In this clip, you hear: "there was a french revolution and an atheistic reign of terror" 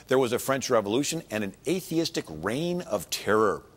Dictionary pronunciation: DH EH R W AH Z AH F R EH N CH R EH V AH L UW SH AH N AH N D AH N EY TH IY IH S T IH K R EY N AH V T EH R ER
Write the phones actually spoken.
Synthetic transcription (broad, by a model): DH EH R W AH Z AH F R EH N CH R EH V AH L UW SH AH N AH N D AH N EY TH IY IH S T IH K R EY N AH V T EH R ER